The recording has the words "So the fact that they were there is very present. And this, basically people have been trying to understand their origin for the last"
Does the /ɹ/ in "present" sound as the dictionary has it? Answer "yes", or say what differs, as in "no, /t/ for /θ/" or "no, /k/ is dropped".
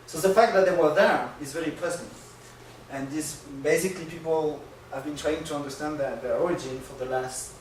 no, /l/ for /ɹ/